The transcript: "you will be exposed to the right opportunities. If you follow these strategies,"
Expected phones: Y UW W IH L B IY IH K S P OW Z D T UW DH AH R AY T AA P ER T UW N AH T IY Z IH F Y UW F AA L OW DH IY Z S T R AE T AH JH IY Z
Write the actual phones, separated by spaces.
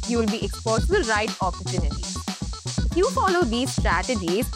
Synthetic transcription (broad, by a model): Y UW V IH L B IY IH K S P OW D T T UW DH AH R AY T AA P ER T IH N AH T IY IH F Y UW F AA L OW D IY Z S T R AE T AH JH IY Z